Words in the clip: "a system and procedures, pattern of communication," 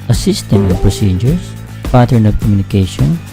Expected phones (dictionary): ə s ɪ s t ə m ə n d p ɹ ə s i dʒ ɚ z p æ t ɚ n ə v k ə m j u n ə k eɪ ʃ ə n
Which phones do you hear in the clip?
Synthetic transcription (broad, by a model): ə s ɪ s t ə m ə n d p ɹ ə s i dʒ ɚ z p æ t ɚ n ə p k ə m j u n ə k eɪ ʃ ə n